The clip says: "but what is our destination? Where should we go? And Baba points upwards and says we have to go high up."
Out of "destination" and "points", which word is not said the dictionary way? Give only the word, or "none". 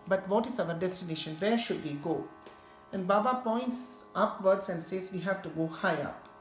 none